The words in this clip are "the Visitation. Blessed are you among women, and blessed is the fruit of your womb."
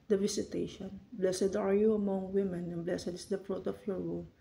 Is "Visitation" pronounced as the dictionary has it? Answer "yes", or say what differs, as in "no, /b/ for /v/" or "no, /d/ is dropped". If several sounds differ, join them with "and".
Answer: no, /s/ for /z/